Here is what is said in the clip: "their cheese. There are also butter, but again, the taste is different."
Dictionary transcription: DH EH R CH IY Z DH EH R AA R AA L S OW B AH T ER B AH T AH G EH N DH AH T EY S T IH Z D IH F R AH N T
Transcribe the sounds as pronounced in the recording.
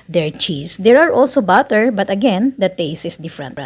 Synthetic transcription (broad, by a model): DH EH R CH IY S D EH R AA R AA L S OW B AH T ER B AH T AH G EH N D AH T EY S IH S D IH F R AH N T